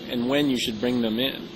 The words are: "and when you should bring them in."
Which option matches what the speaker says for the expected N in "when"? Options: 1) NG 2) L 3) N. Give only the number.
3